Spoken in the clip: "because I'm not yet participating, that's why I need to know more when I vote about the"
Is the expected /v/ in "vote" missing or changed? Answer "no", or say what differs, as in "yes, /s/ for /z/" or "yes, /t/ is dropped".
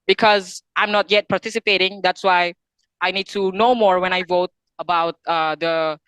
no